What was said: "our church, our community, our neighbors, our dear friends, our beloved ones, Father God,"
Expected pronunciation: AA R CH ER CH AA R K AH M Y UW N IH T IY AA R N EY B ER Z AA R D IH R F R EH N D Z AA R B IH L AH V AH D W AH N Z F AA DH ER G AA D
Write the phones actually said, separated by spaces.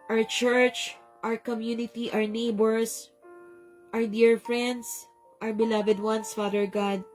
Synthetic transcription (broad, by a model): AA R CH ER CH AA R K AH M Y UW N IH T IY AA R N EY B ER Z AA R D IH R F R EH N D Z AA R B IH L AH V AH D W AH N S F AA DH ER G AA D